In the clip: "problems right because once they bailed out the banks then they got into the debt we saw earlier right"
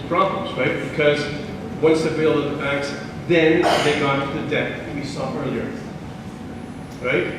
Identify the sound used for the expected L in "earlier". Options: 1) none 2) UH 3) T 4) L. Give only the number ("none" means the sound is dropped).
4